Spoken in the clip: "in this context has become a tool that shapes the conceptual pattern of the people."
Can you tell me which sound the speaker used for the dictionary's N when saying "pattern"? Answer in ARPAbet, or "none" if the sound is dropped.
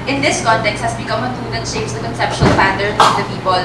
none